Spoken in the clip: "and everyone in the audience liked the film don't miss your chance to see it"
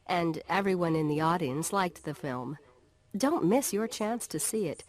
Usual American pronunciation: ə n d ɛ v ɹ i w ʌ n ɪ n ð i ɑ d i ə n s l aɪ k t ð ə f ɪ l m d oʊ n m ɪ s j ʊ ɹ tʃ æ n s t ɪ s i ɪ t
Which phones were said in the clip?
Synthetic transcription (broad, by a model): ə n ɛ v ɹ i w ʌ n ɪ n ð i ɑ d i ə n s l aɪ k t ð ə f ɪ l m d oʊ n m ɪ s j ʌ ɹ tʃ æ n s t ɪ s i ɪ t